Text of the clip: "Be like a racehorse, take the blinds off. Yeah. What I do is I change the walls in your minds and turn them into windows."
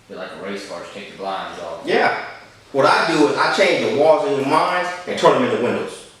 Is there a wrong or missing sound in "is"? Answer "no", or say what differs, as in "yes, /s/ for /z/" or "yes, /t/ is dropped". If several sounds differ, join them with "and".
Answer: no